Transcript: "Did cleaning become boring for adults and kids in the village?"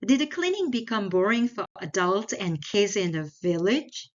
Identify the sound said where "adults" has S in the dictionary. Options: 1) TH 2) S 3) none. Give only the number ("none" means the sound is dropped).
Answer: 3